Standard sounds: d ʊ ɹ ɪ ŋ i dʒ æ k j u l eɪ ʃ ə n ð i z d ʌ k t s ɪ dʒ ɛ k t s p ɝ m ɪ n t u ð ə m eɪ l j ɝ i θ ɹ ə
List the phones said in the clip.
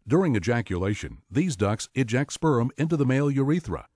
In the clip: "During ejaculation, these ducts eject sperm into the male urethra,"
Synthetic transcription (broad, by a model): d ʊ ɹ ɪ ŋ i dʒ æ k j u l eɪ ʃ ə n ð i z d ʌ k s ɪ dʒ ɛ k t s p ɝ m ɪ n t u ð ə m eɪ l j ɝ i θ ɹ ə